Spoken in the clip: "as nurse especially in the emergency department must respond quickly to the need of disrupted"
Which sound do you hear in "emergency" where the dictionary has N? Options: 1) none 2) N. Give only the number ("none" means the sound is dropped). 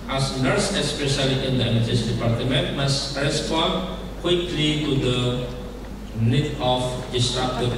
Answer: 1